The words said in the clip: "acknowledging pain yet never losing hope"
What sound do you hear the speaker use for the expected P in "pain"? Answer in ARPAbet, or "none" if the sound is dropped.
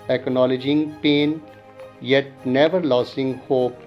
P